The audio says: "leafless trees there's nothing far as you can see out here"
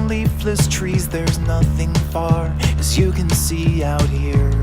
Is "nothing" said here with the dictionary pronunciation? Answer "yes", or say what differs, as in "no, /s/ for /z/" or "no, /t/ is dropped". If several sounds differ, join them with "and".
yes